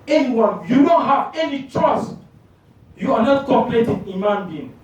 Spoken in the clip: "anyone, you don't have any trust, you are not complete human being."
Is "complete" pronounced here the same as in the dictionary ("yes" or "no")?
no